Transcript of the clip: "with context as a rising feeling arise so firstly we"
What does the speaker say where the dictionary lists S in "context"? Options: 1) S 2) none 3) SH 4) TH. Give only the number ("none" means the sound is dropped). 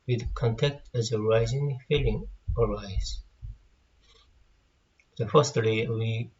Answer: 2